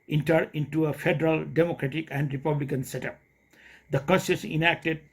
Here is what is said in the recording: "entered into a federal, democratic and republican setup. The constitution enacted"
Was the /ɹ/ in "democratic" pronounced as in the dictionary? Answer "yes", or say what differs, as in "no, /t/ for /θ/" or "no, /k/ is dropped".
yes